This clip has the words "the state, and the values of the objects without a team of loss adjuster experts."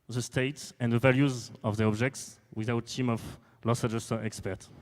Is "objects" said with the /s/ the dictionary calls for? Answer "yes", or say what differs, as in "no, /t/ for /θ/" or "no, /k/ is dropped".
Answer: yes